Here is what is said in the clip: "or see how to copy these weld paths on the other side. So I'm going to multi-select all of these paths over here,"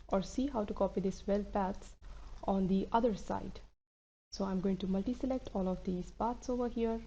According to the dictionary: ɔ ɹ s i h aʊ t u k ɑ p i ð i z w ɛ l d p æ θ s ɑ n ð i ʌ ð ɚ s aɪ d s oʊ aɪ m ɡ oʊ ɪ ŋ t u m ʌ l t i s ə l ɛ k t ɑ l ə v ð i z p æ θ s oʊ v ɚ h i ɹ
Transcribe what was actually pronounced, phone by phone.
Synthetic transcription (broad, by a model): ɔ ɹ s i h aʊ t u k ɑ p i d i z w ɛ l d p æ t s ɑ n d i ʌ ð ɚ s aɪ d s oʊ aɪ m ɡ oʊ ɪ ŋ t u m ʌ l t i s ə l ɛ k t ɑ l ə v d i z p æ t s oʊ v ɚ h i ɹ